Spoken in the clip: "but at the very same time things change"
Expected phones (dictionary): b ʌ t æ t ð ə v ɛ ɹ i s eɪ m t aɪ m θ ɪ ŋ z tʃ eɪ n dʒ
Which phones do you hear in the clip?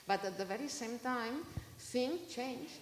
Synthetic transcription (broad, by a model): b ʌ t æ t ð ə v ɛ ɹ i s eɪ m t aɪ m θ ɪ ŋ tʃ eɪ n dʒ